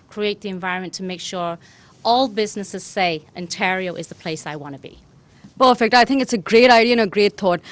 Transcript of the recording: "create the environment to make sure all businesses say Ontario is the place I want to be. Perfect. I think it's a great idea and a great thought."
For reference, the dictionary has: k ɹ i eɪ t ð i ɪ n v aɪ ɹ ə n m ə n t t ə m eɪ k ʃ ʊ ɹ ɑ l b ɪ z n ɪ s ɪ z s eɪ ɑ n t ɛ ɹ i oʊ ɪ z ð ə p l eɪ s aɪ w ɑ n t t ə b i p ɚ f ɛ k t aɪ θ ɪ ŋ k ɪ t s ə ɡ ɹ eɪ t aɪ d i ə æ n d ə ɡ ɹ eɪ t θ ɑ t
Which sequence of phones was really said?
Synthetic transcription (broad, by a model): k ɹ i eɪ t ð i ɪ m v aɪ ɹ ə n m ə n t t ə m eɪ k ʃ ʊ ɹ ɑ l b ɪ z n ɪ s ɪ z s eɪ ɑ n t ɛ ɹ i oʊ ɪ z ð ə p l eɪ s aɪ w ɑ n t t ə b i p ɚ f ɛ k t aɪ θ ɪ ŋ k ɪ t s ə ɡ ɹ eɪ t aɪ d i ə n ə ɡ ɹ eɪ t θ ɑ t